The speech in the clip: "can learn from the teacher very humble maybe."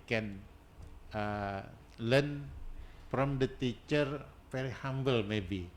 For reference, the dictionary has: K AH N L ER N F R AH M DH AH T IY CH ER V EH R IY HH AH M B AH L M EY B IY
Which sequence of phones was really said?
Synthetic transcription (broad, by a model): K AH N L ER N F R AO M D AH T IY CH ER F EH R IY HH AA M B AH L M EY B IY